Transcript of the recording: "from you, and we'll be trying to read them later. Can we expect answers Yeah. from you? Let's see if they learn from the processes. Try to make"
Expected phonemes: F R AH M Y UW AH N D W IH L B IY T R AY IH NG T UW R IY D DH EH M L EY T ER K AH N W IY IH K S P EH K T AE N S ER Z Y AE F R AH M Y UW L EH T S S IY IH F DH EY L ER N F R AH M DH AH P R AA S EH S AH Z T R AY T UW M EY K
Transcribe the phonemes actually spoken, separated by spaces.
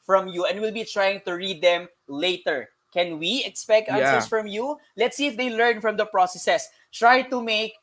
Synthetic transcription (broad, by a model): F R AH M Y UW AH N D W IH L B IY T R AY IH NG T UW R IY D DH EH M L EY T ER K AH N W IY IH K S P EH K T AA S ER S F R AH M Y UW L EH T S S IY IH F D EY L ER N F R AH M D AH P R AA S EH S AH S T R AY T UW M EY K